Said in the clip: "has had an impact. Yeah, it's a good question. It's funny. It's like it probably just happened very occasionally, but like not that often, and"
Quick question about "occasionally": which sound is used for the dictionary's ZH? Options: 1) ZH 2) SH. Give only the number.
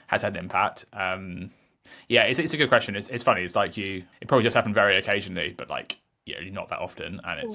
1